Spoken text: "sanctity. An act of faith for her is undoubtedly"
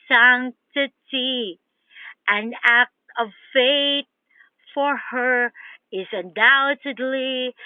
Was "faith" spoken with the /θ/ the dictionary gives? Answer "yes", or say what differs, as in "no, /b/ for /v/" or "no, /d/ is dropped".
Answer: no, /t/ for /θ/